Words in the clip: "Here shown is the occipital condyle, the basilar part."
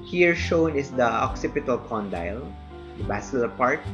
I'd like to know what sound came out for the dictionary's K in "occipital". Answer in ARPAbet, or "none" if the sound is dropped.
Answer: K